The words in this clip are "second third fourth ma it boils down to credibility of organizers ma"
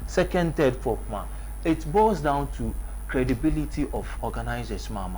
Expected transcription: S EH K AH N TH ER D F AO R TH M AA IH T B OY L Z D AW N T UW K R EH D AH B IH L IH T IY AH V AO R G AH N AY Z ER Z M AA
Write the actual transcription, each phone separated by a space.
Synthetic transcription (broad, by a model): S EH K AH N T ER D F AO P M AA IH T B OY Z D AW N T UW K R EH D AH B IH L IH T IY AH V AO G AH N AY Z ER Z M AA